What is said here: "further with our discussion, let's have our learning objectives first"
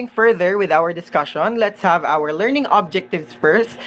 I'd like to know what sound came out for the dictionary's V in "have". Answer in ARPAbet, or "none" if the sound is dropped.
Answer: V